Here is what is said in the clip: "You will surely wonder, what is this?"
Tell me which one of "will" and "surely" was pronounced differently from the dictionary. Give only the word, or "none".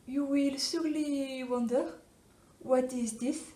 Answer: surely